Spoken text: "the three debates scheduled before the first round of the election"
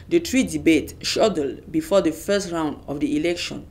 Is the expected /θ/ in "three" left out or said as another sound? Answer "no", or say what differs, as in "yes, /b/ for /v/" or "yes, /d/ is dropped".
yes, /t/ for /θ/